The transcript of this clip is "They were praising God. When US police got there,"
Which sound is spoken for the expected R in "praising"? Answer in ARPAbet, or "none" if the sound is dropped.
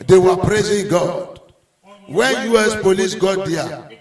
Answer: R